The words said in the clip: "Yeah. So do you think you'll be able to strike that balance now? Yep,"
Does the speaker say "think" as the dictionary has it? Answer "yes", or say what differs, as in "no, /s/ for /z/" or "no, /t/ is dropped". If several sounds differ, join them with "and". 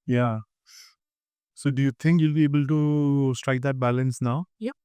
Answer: no, /t/ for /θ/